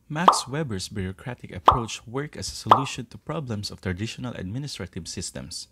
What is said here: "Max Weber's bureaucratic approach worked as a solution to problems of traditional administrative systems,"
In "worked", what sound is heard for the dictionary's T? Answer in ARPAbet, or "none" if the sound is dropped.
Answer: none